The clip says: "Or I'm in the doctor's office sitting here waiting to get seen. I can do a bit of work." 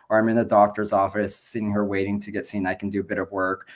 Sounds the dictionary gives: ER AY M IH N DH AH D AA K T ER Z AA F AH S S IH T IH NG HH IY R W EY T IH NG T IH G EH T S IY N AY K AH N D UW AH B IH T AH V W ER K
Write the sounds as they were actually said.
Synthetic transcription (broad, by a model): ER AY M IH N DH AH D AA K T ER Z AA F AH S S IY IH NG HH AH R W EY T IH NG T IH G EH T S IY N AY K N D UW AH B IH T AH V W ER K